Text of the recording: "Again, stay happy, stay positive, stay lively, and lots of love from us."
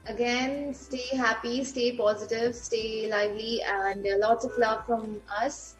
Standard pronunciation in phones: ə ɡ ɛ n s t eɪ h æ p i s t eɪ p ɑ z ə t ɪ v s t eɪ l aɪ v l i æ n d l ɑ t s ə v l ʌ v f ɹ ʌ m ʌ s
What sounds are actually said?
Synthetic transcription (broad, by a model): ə ɡ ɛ n s t eɪ h æ p i s t eɪ p ɑ z ə t ɪ v s t eɪ l aɪ v l i æ n d l ɑ t s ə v l ʌ v f ɹ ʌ m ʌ s